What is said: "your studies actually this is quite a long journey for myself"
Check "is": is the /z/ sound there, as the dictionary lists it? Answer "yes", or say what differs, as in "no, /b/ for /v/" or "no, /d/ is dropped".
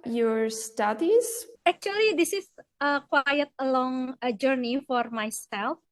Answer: no, /s/ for /z/